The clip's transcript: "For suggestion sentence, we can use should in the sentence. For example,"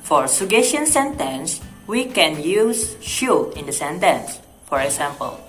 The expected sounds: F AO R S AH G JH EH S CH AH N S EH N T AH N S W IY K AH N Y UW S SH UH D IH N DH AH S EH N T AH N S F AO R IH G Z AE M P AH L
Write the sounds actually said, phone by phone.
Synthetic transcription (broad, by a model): F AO R S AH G EH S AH N S EH N T AH N S W IY K AH N Y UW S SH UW IH N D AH S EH N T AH N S F AO R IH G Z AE M P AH L